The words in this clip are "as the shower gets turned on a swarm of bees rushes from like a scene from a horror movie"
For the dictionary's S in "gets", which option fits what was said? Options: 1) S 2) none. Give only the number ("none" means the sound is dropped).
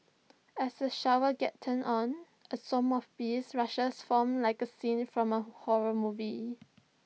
2